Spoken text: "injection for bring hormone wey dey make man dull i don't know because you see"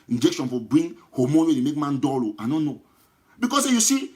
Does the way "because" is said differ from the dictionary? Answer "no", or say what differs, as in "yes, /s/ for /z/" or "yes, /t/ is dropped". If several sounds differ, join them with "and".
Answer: yes, /s/ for /z/